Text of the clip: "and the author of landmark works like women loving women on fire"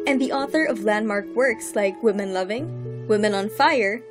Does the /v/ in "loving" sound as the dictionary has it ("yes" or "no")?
yes